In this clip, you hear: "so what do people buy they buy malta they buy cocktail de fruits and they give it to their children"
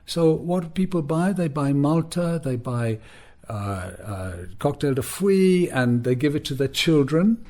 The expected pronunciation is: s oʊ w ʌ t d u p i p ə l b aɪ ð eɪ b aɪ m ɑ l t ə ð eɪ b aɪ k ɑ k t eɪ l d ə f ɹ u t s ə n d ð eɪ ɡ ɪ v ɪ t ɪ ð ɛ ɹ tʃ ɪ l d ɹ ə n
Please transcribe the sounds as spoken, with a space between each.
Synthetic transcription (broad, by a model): s oʊ w ʌ t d p i p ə l b aɪ ð eɪ b aɪ m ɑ l t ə ð eɪ b aɪ k ɑ k t eɪ l d ə f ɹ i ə n ð eɪ ɡ ɪ v ɪ t ɪ ð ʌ ɹ tʃ ɪ l d ɹ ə n